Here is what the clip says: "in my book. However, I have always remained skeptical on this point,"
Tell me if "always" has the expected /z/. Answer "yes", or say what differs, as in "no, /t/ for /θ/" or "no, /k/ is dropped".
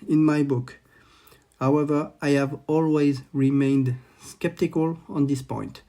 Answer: yes